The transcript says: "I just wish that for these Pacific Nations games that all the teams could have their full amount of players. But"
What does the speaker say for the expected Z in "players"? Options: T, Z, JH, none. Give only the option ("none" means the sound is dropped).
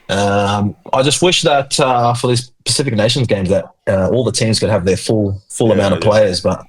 Z